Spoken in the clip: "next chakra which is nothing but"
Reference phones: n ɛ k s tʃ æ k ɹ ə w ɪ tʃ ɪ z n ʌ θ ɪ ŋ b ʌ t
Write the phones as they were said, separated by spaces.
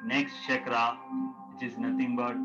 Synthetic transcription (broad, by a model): n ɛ k s tʃ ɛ k ɹ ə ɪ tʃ ɪ z n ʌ t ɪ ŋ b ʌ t